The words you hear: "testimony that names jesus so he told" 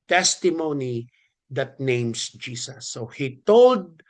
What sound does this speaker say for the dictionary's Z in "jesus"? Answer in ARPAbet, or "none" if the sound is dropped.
S